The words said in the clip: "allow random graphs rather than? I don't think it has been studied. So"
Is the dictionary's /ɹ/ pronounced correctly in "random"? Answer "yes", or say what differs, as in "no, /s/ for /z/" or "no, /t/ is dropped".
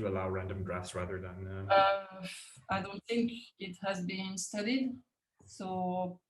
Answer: yes